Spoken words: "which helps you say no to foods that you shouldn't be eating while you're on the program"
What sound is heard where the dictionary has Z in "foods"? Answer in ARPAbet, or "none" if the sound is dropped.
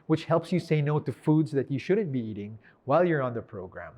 Z